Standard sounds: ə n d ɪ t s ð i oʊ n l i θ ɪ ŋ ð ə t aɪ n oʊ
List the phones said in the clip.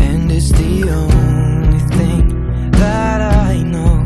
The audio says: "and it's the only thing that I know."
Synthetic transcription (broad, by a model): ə n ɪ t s ð i oʊ n l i θ ɪ ŋ ð ə t aɪ n oʊ